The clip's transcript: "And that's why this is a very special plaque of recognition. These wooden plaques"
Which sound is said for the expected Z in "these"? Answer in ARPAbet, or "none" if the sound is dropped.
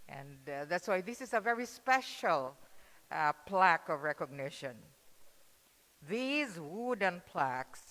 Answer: Z